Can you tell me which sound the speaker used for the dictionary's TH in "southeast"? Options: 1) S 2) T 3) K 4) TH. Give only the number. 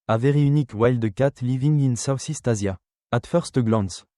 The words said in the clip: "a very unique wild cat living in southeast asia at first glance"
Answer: 1